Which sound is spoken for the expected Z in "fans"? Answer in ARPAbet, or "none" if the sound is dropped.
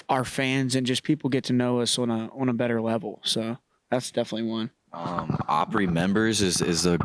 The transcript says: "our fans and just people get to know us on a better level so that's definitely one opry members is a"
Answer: Z